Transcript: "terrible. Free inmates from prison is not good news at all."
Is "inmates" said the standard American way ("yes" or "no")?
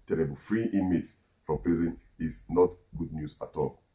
no